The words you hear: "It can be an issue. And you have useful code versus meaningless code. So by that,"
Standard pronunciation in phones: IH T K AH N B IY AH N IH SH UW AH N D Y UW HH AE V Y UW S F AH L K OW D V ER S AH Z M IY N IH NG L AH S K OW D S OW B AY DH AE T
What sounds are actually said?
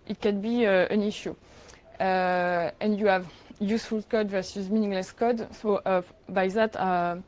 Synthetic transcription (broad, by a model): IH T K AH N B IY AH N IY SH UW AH N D Y UW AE V Y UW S F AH L K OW D V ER S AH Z M IY N IH NG L AH S K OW D S OW B AY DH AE T